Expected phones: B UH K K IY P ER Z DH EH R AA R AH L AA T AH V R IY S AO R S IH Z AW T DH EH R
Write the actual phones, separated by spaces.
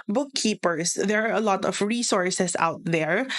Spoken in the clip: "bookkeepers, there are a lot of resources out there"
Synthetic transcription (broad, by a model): B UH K K IY P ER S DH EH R AA R AH L AA T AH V R IY S AO R S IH S AW T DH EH R